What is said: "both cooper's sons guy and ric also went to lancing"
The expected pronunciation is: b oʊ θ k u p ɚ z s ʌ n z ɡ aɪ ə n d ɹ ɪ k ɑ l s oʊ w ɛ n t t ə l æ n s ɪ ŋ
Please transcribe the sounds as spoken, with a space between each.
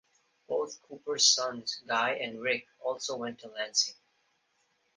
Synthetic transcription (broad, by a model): b oʊ θ k u p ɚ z s ʌ n z ɡ aɪ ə n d ɹ ɪ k ɑ l s oʊ w ɛ n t t ə l æ n s ɪ ŋ